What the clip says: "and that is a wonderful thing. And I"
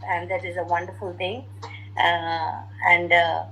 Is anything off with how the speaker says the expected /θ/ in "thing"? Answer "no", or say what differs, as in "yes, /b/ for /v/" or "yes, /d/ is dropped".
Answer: yes, /t/ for /θ/